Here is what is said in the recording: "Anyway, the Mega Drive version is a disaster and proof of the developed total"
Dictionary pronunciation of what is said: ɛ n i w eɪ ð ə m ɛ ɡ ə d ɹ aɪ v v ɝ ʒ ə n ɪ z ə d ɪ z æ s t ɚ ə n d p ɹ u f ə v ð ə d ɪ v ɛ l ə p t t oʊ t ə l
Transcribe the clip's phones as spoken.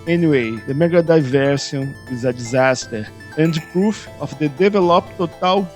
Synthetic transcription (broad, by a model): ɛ n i w eɪ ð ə m ɛ ɡ ə d aɪ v v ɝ s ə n ɪ z ə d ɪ z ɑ s t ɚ ə n d p ɹ u f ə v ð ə d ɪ v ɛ l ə p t t oʊ t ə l